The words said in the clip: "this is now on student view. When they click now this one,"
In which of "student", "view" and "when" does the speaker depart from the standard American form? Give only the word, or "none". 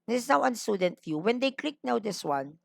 view